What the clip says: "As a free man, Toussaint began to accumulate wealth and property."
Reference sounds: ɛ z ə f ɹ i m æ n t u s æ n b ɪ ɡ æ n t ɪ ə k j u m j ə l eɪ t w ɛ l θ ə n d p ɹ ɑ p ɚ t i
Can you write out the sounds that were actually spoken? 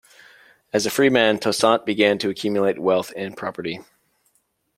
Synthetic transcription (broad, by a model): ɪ z ə f ɹ i m æ n t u s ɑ n b ɪ ɡ æ n t ɪ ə k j u m j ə l eɪ t w ɛ l θ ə n p ɹ ɑ p ɚ t i